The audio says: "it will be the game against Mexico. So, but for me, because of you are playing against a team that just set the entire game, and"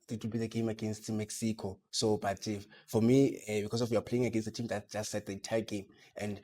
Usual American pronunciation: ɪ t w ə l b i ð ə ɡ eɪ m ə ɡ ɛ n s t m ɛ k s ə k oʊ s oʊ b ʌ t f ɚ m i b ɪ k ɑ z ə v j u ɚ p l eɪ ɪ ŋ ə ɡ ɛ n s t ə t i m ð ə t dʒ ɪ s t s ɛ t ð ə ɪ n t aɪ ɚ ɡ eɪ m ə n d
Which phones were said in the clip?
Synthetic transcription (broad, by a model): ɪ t w ə l b i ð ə ɡ eɪ m ə ɡ ɛ n s t m ɛ k s ə k oʊ s oʊ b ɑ t f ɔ m i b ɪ k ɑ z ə f j u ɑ p l eɪ ɪ ŋ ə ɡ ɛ n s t ə t i m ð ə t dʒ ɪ s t s ɛ t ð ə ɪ n t aɪ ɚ ɡ eɪ m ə n d